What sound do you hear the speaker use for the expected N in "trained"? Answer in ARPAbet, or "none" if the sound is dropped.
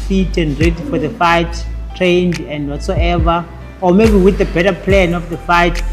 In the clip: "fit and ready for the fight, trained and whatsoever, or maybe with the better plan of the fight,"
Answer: N